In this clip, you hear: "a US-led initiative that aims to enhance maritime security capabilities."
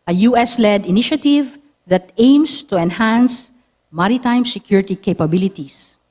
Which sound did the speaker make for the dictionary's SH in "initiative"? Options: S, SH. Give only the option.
SH